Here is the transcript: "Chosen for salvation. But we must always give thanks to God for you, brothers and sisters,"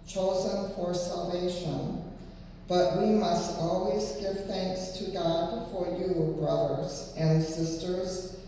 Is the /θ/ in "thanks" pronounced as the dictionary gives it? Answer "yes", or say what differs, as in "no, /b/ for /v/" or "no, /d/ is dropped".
yes